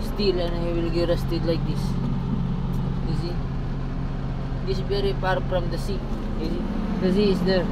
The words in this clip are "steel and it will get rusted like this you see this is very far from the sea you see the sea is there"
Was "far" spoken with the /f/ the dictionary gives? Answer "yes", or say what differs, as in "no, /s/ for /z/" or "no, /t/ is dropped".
no, /p/ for /f/